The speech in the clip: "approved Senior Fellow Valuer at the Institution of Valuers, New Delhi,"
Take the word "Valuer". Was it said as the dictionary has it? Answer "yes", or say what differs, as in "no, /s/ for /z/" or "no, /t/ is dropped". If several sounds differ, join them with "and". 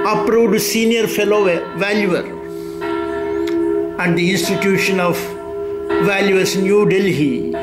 yes